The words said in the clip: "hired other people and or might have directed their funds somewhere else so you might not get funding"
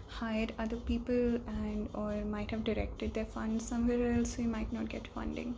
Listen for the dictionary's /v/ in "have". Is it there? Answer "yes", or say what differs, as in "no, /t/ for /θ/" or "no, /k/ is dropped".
yes